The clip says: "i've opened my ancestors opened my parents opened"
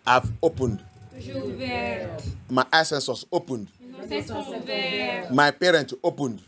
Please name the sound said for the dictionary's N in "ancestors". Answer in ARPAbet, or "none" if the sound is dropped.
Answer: none